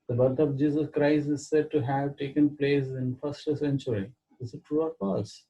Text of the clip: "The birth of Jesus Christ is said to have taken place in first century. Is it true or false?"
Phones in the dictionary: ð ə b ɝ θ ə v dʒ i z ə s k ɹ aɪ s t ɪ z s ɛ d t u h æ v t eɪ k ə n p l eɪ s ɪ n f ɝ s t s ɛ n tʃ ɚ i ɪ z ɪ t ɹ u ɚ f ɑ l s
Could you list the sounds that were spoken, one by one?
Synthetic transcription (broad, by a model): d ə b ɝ t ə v dʒ i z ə s k ɹ aɪ s t ɪ z s ɛ d t u h æ v t eɪ k ə n p l eɪ s ɪ n f ɝ s t s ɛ n tʃ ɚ i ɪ s ɪ t ɹ u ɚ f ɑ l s